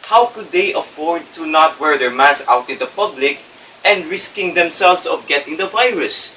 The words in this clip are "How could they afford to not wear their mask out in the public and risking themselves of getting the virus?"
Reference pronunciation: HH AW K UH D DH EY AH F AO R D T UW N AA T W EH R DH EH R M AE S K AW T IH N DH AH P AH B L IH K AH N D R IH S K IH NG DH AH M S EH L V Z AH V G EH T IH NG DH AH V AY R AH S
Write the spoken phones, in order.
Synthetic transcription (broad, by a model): HH AW K UH D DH EY AH F AO R D T UW N AA T W EH R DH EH R M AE S AW T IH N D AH P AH B L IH K AH N D R IH S K IH NG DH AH M S EH L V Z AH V G EH T IH NG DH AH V AY R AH S